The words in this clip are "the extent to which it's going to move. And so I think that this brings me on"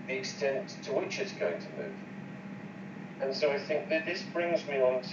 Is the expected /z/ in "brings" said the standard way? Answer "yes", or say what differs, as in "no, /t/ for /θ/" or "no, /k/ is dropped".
yes